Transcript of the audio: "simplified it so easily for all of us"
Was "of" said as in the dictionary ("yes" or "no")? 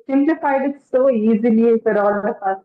no